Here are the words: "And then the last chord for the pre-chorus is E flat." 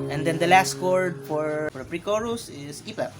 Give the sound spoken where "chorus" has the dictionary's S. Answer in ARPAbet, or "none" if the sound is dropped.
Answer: S